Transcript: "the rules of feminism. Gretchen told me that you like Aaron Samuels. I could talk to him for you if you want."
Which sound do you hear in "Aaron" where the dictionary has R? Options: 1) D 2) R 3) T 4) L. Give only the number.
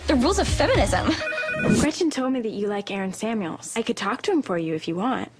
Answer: 2